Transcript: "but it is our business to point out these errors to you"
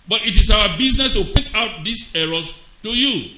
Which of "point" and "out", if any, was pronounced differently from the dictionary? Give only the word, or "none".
point